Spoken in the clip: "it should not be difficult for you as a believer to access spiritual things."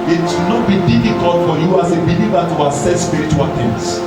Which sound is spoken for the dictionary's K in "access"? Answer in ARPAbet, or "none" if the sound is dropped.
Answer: none